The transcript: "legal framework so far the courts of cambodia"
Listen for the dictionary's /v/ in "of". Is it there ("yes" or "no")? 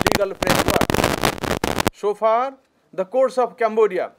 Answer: no